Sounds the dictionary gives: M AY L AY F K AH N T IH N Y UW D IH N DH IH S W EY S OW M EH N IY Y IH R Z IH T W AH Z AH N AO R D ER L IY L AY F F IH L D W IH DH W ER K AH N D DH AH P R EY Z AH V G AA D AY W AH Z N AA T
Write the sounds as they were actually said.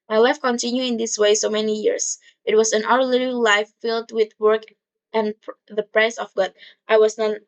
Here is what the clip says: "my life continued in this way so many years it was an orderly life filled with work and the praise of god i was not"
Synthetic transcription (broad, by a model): M AY L AY F K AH N T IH N Y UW IH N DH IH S W EY S OW M EH N IY Y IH R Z IH T W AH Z AH N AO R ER L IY L AY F F IH L D W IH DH W ER K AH N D DH AH P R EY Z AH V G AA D AY W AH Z N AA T